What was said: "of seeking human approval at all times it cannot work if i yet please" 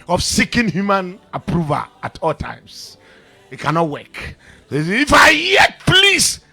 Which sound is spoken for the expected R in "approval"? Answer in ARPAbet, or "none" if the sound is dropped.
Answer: R